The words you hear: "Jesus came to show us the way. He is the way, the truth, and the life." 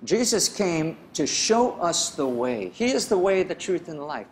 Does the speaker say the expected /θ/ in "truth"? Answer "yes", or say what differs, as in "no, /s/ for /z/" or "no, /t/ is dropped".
yes